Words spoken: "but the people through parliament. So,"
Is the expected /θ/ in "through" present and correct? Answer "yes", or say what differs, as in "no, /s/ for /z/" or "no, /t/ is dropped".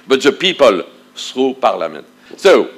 no, /s/ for /θ/